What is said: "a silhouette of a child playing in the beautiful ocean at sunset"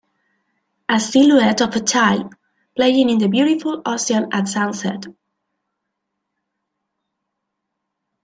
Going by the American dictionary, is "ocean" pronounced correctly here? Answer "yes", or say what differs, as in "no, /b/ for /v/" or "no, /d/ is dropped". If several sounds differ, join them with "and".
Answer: no, /s/ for /ʃ/